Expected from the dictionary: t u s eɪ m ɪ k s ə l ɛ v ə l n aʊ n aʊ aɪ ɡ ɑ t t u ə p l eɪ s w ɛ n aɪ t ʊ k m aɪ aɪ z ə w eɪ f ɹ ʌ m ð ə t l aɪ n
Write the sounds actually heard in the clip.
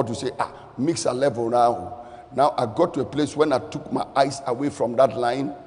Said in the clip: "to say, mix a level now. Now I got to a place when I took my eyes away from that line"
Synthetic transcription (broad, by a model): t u s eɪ m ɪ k s ə l ɛ v ə l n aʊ n aʊ aɪ ɡ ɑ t t u ə p l eɪ s w ɛ n aɪ t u k m aɪ aɪ s ə w eɪ f ɹ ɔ m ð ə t l aɪ n